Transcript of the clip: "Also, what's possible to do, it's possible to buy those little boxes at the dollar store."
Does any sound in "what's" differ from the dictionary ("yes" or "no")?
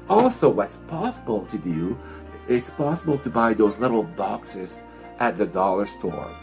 no